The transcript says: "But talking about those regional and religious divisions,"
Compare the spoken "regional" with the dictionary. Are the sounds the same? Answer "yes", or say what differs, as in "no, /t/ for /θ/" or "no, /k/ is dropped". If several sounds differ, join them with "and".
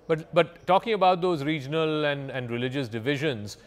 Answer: no, /l/ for /n/ and /n/ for /l/